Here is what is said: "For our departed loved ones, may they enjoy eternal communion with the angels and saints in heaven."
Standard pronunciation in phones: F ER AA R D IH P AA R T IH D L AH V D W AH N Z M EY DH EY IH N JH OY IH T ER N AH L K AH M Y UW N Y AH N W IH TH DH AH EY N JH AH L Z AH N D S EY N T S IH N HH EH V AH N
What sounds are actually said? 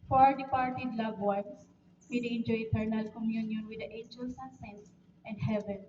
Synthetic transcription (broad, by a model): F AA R D IH P AA R T IH D L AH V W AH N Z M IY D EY N JH OY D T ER N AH L K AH M Y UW N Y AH N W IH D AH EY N JH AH L S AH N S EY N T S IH N HH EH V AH N